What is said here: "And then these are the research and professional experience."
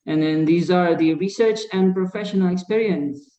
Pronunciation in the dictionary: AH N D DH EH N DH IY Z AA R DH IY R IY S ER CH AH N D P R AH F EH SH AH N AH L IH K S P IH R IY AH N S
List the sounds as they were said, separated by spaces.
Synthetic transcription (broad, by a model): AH N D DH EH N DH IY Z AA R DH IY R IY S ER CH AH N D P R AH F EH SH AH N AH L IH K S P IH R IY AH N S